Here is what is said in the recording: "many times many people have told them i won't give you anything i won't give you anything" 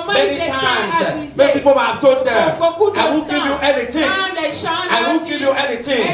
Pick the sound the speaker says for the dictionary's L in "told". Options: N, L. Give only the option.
N